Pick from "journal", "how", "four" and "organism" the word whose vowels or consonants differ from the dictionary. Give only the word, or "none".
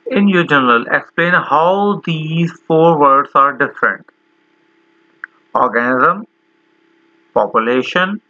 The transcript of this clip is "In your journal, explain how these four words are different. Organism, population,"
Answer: journal